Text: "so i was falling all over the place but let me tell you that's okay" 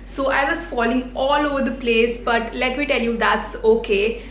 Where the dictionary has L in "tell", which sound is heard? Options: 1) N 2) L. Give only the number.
2